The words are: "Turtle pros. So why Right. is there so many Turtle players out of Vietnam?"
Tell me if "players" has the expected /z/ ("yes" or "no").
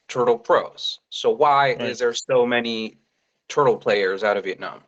yes